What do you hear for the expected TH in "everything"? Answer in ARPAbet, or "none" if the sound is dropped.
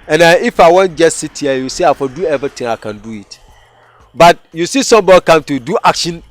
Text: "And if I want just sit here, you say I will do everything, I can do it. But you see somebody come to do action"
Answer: T